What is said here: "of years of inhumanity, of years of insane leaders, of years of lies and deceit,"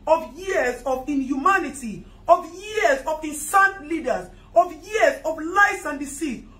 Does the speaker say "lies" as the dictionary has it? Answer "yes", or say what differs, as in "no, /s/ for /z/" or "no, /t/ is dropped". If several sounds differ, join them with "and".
no, /s/ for /z/